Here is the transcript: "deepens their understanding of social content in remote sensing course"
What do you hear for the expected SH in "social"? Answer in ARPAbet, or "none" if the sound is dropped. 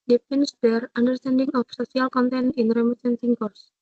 S